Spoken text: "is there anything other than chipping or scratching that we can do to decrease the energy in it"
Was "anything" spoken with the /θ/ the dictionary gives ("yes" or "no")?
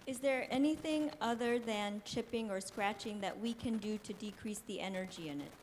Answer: yes